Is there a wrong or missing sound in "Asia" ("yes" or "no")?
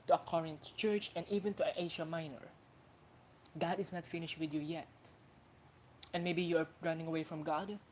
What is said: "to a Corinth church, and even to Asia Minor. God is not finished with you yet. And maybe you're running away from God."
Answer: yes